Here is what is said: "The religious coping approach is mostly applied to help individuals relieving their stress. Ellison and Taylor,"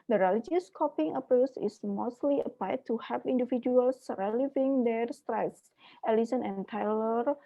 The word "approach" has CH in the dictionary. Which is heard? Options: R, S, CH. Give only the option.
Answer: S